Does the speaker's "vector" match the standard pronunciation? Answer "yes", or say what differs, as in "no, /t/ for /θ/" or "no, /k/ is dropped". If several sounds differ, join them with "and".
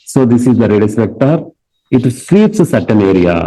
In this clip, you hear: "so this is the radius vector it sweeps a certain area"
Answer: no, /p/ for /v/